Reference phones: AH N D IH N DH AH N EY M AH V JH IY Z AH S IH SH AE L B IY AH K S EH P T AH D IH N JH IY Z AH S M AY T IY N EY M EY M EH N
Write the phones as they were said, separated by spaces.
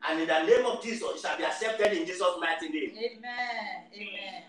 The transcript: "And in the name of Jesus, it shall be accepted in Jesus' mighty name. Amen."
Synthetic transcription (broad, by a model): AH N IH N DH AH N EY M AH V JH IY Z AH S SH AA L B IY AH K S EH P T AH D IH N JH IY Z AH S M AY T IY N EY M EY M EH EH